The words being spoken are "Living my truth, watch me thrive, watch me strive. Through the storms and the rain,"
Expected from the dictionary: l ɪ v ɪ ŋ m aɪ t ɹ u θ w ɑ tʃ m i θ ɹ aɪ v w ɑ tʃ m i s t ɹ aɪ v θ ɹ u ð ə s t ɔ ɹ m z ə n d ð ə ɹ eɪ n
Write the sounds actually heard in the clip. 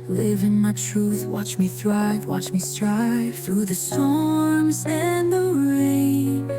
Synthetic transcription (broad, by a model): l ɪ v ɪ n m aɪ t ɹ u θ w ɑ tʃ m i θ ɹ aɪ v w ɑ tʃ m i s t ɹ aɪ v θ ɹ u ð ə s t ɔ ɹ m z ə n ð ə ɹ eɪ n